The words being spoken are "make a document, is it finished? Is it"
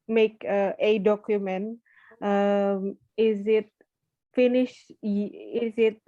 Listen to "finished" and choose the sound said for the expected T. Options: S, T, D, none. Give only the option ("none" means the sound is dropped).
none